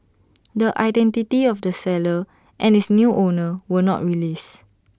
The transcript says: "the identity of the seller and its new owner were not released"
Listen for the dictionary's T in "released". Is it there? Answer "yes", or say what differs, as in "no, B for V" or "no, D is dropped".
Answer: no, T is dropped